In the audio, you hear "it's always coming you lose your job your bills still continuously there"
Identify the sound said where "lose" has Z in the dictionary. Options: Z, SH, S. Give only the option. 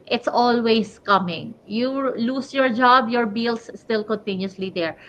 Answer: S